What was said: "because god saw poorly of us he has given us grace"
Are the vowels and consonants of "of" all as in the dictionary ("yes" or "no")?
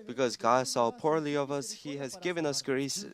yes